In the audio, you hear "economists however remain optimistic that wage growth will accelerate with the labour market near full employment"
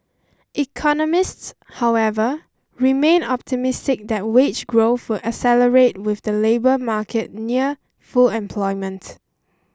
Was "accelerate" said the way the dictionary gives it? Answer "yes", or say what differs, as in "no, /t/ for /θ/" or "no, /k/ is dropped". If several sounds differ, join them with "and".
no, /k/ is dropped